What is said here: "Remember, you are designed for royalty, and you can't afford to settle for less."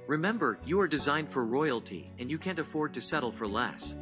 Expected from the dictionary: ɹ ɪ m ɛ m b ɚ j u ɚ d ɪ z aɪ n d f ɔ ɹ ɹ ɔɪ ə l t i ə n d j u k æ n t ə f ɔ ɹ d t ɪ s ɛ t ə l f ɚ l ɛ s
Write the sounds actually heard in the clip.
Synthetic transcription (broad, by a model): ɹ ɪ m ɛ m b ɚ j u ɚ d ɪ z aɪ n d f ɔ ɹ ɹ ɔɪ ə l t i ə n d j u k æ n t ə f ɔ ɹ d t ɪ s ɛ t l f ɚ l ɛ s